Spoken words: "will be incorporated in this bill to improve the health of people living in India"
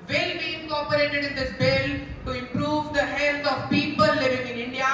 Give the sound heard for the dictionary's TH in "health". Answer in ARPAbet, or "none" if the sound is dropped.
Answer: T